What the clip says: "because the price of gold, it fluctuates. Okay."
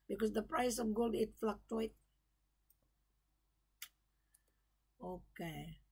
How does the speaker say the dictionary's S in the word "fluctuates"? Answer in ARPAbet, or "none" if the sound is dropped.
none